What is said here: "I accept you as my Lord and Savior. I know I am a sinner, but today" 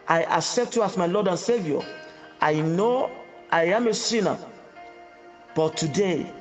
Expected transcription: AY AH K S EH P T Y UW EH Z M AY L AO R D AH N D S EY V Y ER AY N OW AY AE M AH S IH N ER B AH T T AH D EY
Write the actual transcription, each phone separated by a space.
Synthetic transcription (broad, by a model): AY AH K S EH P T Y UW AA S M AY L AO D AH N S EY V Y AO AY N OW AY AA M AH S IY N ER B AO T T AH D EY